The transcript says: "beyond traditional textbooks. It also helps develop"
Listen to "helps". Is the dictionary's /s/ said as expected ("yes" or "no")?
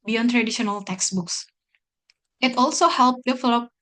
no